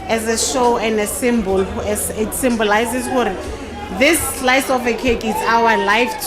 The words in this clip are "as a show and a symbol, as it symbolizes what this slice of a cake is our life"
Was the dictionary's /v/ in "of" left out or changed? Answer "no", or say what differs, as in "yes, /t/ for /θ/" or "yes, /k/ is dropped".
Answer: yes, /f/ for /v/